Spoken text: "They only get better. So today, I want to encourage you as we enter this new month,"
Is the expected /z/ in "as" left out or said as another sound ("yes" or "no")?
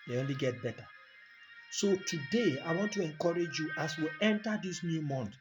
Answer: yes